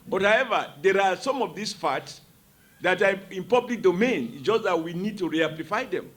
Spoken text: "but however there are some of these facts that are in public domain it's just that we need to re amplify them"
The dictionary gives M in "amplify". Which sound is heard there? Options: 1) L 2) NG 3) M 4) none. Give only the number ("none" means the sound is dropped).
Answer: 4